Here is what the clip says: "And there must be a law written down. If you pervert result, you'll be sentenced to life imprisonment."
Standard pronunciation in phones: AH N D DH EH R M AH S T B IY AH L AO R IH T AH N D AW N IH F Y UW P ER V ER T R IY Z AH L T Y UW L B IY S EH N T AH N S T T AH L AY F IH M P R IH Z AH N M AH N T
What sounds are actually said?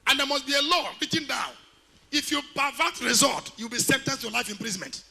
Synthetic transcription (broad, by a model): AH N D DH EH M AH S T B IY AH L AO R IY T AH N D AW N IH F Y UW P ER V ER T R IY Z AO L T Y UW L B IY S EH N T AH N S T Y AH L AY F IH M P R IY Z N M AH N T